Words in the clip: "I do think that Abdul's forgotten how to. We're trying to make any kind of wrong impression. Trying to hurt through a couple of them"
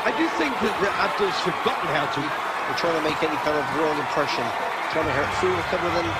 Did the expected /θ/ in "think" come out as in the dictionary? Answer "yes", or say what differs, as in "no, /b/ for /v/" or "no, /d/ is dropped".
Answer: yes